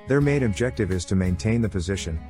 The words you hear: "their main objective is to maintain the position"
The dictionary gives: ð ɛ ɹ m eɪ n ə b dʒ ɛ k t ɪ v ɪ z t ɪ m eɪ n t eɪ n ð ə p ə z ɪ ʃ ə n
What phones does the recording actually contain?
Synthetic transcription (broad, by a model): ð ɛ ɹ m eɪ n ə b dʒ ɛ k t ɪ v ɪ z t ɪ m eɪ n t eɪ n ð ə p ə z ɪ ʃ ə n